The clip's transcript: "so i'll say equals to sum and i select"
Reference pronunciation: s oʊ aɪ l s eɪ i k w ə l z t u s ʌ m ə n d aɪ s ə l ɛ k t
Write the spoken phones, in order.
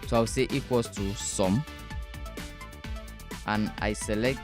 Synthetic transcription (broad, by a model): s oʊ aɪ w s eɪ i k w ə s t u s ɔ m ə n aɪ s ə l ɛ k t